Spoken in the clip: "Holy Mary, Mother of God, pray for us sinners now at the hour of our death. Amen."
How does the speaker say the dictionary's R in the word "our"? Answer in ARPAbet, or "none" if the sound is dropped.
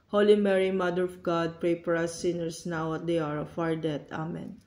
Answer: R